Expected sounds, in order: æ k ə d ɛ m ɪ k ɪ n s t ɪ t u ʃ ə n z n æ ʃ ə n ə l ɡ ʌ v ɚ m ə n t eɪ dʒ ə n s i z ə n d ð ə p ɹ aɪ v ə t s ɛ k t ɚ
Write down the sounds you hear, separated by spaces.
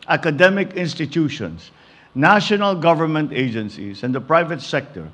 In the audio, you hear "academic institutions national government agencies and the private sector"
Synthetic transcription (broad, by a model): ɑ k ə d ɛ m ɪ k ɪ n s t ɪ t u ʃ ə n s n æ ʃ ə n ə l ɡ ʌ v ɚ m ə n t eɪ dʒ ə n s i s ə n d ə p ɹ aɪ v ə t s ɛ k t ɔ